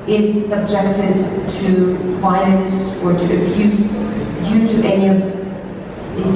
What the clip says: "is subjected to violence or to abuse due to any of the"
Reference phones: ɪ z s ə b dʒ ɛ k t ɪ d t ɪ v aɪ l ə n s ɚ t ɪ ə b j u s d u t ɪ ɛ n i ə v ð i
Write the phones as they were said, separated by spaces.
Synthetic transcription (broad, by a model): ɪ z s ə b dʒ ɛ k t ɪ d t ɪ f aɪ n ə n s ɚ t ɪ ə b j u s d u t ɪ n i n i